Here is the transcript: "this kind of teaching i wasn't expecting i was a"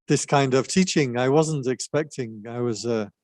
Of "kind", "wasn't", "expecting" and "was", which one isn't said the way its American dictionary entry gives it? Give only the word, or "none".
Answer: none